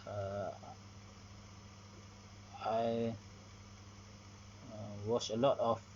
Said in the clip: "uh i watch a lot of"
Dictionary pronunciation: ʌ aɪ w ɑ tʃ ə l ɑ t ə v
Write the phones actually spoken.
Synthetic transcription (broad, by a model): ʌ aɪ w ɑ s ə l ɑ t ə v